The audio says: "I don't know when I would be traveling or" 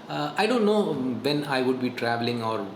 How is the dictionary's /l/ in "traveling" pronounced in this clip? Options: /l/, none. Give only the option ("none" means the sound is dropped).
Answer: /l/